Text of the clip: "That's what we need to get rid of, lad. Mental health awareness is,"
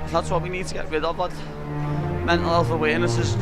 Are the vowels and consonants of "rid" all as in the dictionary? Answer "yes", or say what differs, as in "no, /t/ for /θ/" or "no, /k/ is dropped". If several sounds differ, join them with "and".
no, /w/ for /ɹ/